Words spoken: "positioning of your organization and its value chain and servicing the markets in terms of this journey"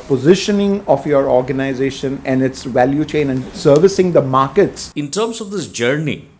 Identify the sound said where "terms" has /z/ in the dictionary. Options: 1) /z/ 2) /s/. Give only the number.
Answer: 2